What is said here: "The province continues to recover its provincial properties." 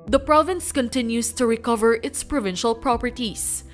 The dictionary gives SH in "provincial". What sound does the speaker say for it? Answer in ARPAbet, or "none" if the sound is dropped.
SH